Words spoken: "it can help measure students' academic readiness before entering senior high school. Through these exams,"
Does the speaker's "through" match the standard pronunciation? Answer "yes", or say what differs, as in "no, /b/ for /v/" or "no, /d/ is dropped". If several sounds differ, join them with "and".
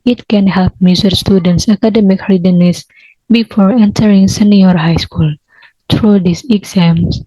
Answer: no, /t/ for /θ/